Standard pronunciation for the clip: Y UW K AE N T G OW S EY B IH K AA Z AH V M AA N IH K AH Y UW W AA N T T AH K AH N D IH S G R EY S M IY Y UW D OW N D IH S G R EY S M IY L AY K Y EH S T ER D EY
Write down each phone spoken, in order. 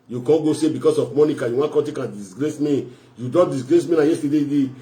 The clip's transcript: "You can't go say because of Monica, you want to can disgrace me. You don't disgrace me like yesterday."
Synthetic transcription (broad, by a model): Y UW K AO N G OW S EY B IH K AA S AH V M AA N IH K AH Y UW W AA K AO T AH K AH N D IH S G R EY S M IY Y UW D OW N D IH S G R EY S M IY N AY Y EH S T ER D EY